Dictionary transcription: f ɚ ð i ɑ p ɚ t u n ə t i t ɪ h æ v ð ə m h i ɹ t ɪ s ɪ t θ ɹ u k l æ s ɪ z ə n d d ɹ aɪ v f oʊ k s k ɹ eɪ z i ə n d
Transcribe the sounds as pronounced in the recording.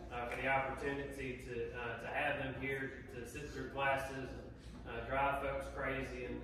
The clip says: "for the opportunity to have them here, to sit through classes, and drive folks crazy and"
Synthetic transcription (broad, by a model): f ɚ ð i ɑ p ɚ t u n ə t i t ɪ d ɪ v ð ə m h i ɹ t ɪ s ɪ t θ ɹ u k l æ s ɪ z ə n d d ɹ aɪ v f oʊ k s k ɹ eɪ z i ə n